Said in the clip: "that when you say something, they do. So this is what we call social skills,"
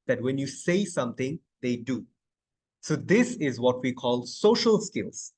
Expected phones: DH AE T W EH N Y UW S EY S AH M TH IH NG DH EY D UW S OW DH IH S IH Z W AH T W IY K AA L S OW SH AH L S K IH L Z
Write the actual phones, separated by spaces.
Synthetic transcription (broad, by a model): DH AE T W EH N Y UW S EY S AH M T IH NG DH EY D UW S OW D IH S IH Z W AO T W IY K AA L S OW SH AH L S K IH L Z